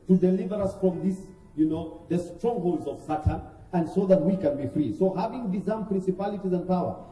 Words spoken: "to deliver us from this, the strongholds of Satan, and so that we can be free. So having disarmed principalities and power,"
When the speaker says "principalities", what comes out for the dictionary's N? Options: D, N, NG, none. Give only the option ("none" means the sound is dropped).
N